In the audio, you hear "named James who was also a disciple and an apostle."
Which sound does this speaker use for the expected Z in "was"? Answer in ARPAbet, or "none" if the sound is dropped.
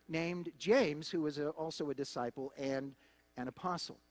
Z